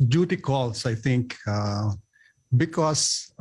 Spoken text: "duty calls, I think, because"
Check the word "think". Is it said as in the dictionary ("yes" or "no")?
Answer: no